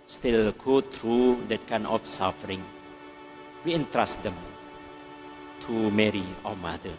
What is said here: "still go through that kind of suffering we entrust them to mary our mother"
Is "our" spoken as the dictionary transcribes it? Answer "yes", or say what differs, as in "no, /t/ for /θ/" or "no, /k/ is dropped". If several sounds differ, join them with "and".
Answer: no, /w/ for /ɹ/